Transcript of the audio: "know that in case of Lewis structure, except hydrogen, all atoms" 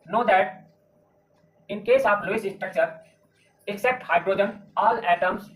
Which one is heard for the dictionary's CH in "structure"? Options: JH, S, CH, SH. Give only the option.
CH